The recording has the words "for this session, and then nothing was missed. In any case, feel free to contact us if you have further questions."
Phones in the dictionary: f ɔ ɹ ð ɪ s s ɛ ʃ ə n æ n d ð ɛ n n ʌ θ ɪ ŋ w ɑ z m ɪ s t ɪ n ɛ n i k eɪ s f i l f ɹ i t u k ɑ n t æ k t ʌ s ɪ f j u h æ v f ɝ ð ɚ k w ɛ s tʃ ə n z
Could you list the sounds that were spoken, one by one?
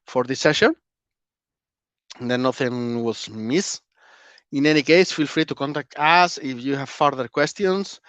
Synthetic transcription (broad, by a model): f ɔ ɹ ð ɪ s s ɛ ʃ ə n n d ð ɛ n n ʌ θ ɪ ŋ w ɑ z m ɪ s ɪ n ɛ n i k eɪ s f i l f ɹ i t u k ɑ n t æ k t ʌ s ɪ f j u h æ v f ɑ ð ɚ k w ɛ s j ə n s